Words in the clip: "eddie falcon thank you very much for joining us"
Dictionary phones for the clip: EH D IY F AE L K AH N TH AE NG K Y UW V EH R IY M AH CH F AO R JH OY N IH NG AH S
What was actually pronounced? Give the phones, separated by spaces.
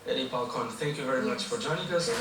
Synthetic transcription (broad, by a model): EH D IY P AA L K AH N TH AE NG K Y UW V EH R IY M AH CH F AO R JH OY N IH NG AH S